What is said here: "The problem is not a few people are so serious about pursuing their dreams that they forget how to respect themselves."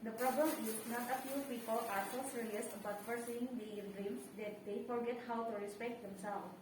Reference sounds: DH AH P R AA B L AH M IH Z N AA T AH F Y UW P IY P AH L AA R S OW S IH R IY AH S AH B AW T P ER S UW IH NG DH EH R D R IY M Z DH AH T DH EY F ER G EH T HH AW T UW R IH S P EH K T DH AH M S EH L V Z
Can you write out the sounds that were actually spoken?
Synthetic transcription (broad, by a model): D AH P R AA B L AH M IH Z N AA T AH F Y UW P IY P AH L AA R S OW S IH R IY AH S B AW T F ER S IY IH NG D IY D R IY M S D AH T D EY F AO G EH T HH AW T UW R IH S P EH K T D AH M S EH L